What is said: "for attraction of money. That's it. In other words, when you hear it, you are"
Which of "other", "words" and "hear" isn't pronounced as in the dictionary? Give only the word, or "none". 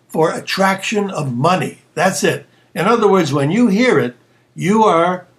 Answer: none